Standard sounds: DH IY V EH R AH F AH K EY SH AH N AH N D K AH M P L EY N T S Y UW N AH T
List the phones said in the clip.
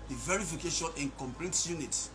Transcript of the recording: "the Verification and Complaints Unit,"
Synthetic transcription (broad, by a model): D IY V EH R AH F AH K EY SH AH N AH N K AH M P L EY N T Y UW N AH T